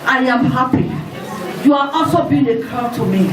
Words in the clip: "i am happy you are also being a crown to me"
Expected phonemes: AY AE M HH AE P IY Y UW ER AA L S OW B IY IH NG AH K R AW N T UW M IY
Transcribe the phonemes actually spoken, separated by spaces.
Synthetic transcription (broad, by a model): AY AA M HH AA P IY Y UW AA AA L S OW B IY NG AH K AW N T UW M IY